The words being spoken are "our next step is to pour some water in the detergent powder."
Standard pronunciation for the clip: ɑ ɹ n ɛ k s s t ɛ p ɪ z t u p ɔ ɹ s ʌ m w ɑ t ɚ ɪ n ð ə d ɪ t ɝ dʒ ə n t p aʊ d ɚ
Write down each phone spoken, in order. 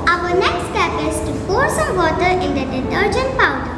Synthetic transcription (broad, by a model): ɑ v n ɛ k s s t ɛ p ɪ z t u f ɔ ɹ s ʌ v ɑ t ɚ ɪ n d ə d ɪ t ɝ dʒ ə n t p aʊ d